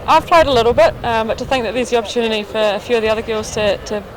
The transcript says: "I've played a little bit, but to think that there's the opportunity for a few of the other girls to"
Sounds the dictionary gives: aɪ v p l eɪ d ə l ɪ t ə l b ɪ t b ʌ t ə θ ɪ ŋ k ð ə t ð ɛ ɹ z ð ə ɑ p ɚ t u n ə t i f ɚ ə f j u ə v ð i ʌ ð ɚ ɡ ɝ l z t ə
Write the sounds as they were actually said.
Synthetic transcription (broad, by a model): aɪ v p l eɪ d ə l ɪ t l b ɪ t b ʌ t ə θ ɪ ŋ k ð ə t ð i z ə ɑ p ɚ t u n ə t i f ɚ ə f j u ə v ð i ʌ ð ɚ ɡ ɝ l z t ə